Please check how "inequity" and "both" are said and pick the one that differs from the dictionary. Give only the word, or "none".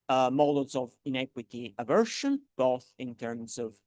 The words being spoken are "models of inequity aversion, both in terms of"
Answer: none